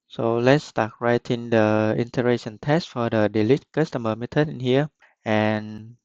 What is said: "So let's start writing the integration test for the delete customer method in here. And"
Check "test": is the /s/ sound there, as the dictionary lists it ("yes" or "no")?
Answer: yes